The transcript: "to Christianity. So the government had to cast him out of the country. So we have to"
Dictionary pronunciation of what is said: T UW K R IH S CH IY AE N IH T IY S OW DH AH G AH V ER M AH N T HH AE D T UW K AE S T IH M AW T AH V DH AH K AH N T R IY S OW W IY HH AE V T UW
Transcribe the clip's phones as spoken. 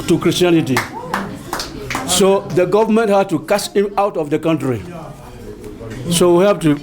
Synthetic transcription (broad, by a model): T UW K R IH S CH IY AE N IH T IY S OW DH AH G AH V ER M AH N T HH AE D T UW K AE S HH IH M AW T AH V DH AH K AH N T R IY S OW W IY HH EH P T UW